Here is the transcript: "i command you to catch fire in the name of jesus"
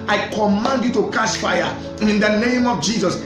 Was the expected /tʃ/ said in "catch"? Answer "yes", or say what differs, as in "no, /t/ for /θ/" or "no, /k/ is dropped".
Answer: no, /s/ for /tʃ/